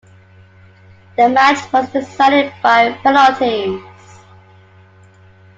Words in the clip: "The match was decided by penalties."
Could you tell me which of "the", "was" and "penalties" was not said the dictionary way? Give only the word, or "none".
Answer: penalties